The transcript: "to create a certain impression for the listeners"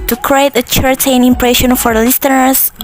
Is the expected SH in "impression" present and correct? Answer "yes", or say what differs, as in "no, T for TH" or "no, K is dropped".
yes